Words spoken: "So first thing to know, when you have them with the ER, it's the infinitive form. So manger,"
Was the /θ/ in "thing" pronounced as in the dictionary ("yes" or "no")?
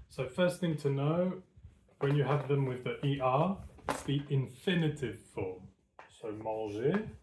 yes